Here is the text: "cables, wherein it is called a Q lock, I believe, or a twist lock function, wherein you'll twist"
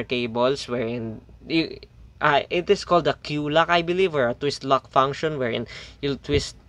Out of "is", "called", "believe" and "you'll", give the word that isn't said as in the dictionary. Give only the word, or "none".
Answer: is